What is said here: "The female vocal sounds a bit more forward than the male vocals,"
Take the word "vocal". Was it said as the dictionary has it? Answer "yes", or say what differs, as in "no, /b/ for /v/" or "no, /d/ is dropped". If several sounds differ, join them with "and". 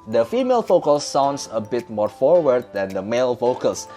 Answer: no, /f/ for /v/